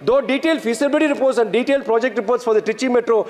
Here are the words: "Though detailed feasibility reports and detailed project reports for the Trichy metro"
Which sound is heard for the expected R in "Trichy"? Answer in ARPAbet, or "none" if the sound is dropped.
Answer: none